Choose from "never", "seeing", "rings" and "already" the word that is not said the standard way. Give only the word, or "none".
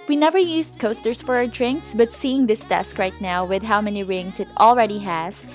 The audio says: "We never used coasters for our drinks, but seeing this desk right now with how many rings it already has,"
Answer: rings